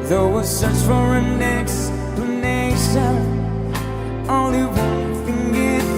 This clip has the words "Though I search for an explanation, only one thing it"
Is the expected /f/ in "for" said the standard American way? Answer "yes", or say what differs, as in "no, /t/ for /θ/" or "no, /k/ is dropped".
yes